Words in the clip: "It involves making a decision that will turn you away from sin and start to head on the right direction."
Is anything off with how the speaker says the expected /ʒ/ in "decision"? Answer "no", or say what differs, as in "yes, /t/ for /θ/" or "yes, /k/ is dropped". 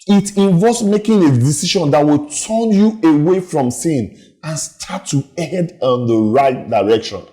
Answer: yes, /ʃ/ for /ʒ/